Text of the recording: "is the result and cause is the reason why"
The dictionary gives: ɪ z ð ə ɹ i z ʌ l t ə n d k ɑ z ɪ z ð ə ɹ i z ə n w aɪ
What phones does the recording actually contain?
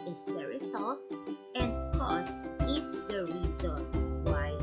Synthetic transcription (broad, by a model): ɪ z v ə ɹ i s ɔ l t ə n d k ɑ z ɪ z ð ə ɹ i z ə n w aɪ